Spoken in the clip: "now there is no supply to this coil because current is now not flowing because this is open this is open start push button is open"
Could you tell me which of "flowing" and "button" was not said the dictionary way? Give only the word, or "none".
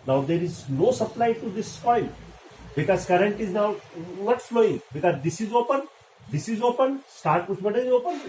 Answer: button